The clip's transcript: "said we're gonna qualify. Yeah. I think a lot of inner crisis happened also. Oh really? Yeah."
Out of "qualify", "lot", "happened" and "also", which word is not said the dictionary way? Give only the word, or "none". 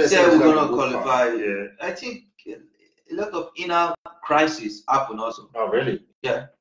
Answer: happened